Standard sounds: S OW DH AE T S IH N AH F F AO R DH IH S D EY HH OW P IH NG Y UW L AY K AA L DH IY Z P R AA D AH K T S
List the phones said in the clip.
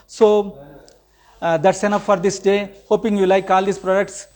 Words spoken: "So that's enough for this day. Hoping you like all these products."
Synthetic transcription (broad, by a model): S OW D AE T S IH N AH P F AO R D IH S D EY HH OW P IH NG Y UW L AY K AA L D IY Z P R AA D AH K T S